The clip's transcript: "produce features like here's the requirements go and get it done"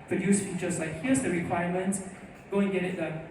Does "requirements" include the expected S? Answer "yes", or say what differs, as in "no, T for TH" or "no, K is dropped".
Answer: no, S is dropped